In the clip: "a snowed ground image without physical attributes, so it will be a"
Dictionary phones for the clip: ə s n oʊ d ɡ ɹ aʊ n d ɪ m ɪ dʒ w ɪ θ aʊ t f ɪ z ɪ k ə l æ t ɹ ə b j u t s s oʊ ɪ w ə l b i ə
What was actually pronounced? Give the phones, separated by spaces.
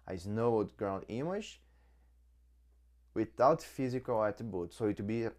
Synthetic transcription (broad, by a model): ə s n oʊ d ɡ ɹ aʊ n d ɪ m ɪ ʃ w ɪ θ aʊ t f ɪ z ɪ k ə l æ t ɹ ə b j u t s s oʊ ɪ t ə b i